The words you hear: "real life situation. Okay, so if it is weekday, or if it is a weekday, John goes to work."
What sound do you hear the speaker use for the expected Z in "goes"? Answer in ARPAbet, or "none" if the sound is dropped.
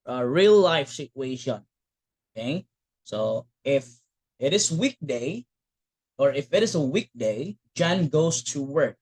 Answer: S